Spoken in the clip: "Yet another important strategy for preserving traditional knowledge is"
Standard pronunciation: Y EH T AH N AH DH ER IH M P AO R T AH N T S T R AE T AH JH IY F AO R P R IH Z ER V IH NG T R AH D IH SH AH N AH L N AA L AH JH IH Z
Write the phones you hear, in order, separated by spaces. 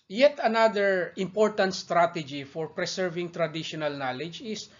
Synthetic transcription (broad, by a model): Y EH T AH N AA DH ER IH M P AO R T AH N T S T R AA T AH JH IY F AO R P R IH S ER V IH NG T R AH D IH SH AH N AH L N AA L AH JH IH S